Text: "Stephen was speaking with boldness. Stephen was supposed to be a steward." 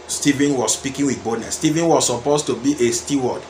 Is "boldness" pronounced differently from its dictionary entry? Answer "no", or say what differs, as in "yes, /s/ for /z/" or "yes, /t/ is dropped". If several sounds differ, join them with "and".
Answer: yes, /l/ is dropped